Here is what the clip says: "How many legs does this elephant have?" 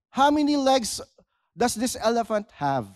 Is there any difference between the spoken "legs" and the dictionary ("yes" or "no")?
yes